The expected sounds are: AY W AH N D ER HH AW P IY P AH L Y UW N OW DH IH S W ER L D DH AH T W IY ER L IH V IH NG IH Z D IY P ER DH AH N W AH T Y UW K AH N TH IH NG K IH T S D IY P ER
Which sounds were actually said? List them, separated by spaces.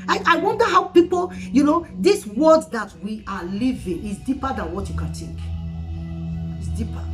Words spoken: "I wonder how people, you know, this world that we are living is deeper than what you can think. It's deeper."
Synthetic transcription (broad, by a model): AY W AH N D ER HH AW P IY P AH L Y UW N OW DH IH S W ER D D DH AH T W IY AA L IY V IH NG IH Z D IY P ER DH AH N W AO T Y UW K AH N T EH K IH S D IY P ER